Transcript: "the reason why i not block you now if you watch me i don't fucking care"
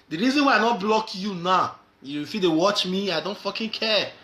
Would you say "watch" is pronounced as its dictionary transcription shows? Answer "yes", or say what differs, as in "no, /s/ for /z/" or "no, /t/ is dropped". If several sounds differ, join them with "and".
yes